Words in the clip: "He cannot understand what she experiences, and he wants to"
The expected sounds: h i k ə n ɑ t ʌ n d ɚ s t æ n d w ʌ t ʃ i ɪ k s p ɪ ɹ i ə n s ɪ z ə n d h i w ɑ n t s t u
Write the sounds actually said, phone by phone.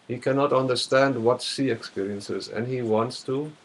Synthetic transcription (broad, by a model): h i k ə n ɑ t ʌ n d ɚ s t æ n d w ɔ t s i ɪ k s p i ɹ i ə n s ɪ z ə n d h i w ɑ n t s t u